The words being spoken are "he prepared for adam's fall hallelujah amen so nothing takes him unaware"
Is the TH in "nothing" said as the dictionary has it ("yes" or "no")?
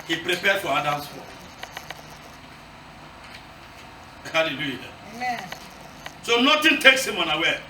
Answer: no